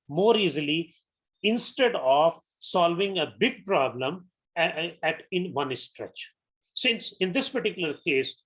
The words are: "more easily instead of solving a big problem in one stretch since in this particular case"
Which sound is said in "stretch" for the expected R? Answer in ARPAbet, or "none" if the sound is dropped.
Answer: R